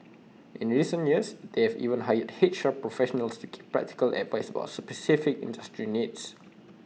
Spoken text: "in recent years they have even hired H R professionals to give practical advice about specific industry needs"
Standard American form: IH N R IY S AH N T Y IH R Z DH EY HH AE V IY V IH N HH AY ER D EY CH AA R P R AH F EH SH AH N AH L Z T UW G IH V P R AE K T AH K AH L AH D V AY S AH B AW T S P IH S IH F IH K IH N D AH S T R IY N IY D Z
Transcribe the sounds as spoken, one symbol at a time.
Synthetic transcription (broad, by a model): IH N R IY S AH N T Y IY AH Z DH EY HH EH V IY V IH N HH AY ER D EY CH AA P R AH F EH SH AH N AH L S T UW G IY P P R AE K T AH K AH L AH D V AY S AH B AW T S P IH S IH F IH K IH N D AH S T R IY N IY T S